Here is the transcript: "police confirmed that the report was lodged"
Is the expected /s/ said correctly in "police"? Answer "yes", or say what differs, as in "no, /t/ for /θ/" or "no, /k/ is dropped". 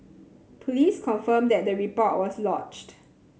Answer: yes